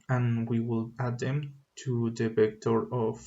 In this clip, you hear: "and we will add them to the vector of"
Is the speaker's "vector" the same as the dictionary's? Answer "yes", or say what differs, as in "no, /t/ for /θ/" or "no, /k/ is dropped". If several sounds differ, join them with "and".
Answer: no, /p/ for /v/